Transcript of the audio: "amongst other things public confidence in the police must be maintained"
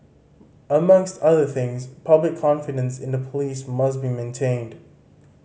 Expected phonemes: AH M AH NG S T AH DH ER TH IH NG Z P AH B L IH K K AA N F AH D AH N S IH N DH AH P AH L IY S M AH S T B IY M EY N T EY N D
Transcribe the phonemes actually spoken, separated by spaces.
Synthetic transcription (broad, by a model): AH M AH NG S T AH DH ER TH IH NG Z P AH B L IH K K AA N F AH D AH N S IH N DH AH P AH L IY S M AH S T B IY M EY N T EY N D